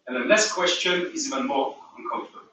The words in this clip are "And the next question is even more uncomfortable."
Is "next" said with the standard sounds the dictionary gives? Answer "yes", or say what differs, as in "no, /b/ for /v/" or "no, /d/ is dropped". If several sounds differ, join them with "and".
no, /l/ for /n/ and /k/ is dropped